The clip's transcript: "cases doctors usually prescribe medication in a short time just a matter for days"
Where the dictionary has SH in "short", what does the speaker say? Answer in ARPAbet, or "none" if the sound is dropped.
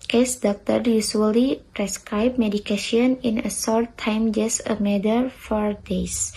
S